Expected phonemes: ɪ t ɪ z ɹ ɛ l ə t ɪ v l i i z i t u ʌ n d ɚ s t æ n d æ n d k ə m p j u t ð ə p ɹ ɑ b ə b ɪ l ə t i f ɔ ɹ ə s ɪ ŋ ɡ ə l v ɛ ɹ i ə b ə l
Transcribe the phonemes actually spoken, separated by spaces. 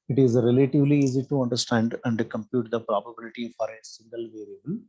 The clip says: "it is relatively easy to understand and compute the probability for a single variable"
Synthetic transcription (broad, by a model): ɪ t ɪ z ɹ ɛ l ə t ɪ v l i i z i t u ʌ n d ɚ s t æ n d æ n d k ə m p j u t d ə p ɹ ɑ b ə b ɪ l ə t i f ɔ ɹ ə s ɪ ŋ ɡ ə l v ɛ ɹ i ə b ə l